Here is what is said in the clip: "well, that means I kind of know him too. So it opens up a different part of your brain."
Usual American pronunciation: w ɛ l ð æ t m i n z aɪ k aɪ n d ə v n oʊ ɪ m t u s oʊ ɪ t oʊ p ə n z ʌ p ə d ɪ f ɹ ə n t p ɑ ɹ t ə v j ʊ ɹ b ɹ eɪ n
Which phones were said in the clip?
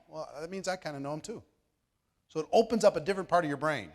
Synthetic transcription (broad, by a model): w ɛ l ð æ t m i n z aɪ k aɪ n d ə n oʊ ɪ m t u s oʊ ɪ t oʊ p ə n z ʌ p ə d ɪ f ɹ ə n p ɑ ɹ t ə v j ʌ ɹ b ɹ eɪ n